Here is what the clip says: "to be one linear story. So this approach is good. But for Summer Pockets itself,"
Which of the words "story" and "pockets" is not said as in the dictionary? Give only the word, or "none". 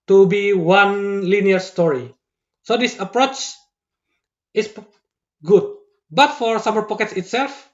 none